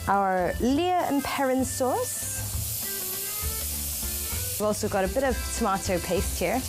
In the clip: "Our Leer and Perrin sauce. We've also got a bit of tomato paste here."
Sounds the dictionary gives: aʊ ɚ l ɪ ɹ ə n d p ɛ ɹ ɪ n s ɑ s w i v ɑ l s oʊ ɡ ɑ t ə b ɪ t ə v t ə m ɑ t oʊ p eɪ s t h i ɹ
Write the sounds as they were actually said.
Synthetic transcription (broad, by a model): aʊ ɚ l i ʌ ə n p ɛ ɹ ɪ n s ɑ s w i v ɑ l s oʊ ɡ ɑ t ə b ɪ t ə v t ə m ɑ t oʊ p eɪ s t h i ɹ